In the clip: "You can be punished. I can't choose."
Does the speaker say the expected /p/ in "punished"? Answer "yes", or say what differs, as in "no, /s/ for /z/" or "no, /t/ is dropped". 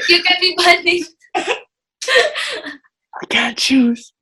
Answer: no, /b/ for /p/